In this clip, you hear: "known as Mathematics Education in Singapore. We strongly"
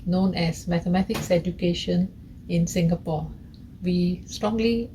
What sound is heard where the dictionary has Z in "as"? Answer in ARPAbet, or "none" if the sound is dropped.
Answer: S